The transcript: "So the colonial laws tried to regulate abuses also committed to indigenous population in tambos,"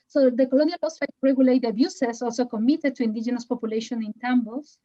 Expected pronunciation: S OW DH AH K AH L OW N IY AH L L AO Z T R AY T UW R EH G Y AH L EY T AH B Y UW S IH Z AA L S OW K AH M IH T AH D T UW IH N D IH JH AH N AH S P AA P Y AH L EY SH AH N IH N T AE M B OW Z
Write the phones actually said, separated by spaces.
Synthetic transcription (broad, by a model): S OW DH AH K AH L OW N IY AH L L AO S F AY T UW R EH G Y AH L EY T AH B Y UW S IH S AA L S OW K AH M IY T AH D T UW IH N D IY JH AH N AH S P AA P Y AH L EY SH AH N IH N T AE M B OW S